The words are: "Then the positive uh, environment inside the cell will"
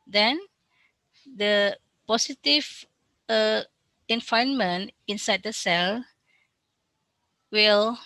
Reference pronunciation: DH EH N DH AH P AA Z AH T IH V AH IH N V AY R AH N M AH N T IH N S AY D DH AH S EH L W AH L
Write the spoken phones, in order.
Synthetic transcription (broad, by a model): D EH N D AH P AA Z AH T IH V AH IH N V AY AH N M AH N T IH N S AY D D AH S EH L W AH L